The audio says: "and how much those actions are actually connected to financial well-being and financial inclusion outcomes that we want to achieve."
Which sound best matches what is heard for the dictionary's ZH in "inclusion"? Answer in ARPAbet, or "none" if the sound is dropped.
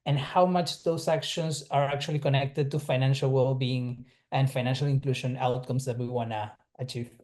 SH